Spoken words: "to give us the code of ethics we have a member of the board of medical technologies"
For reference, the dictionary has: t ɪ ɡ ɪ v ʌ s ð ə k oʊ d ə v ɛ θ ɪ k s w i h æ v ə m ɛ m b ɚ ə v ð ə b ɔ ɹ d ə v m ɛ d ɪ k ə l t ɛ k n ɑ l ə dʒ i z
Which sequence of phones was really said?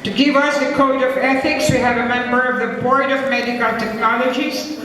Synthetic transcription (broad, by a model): t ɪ ɡ ɪ v ʌ s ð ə k oʊ d ə v ɛ θ ɪ k s w i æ v ə m ɛ m b ɚ ə v ð ə b ɔ ɹ d ə v m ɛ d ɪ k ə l t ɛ k n ɑ l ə dʒ i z